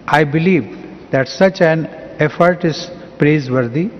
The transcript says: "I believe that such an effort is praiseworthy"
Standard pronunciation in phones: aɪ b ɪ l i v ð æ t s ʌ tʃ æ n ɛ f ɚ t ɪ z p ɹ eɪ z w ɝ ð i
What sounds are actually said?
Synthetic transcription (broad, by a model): aɪ b ɪ l i v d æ t s ʌ tʃ æ n ɛ f ɚ t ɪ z p ɹ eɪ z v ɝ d i